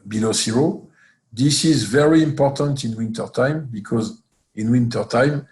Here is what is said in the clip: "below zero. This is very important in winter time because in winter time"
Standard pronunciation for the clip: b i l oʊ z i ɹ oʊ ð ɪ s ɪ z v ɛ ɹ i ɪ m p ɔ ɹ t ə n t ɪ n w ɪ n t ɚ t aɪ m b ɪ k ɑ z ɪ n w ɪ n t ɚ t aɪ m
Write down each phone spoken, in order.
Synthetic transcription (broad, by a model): b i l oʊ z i ɹ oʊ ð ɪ s ɪ z v ɛ ɹ i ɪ m p ɔ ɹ t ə n t ɪ n w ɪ n t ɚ t aɪ m b ɪ k ɑ z ɪ n w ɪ n t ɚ t aɪ m